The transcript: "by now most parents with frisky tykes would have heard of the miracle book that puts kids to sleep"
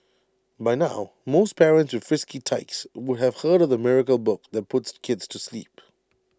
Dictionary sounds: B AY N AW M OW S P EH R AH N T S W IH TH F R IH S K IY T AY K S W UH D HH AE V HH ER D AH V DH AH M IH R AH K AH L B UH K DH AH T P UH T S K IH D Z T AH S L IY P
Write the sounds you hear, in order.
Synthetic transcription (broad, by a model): B AY N AW M OW S P EH R AH N T S W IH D F R IH S K IY T AY K S W UH D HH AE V HH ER D AH V DH AH M IH R AH K AH L B UH K DH AH T P UH T S K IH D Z T AH S L IY P